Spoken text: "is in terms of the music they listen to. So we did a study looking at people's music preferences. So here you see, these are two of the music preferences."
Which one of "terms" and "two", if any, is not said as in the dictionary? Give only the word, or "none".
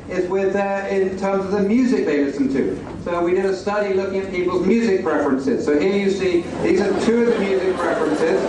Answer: none